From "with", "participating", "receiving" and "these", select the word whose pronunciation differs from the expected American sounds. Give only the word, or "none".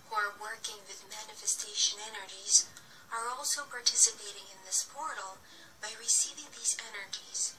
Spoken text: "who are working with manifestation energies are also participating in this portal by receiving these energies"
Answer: none